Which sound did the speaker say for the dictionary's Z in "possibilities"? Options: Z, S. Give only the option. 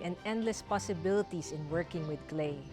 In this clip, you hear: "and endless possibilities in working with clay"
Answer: S